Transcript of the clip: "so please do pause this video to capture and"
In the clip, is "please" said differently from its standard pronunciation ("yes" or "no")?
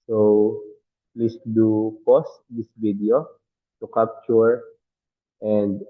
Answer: yes